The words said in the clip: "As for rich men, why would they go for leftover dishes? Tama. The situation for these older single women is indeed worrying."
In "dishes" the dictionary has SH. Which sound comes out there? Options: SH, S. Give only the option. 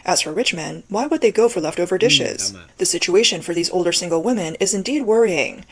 SH